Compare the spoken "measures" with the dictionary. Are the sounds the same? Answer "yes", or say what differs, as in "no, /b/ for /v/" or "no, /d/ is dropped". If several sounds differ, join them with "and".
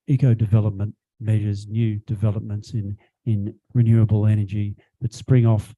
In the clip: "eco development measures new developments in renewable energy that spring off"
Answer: yes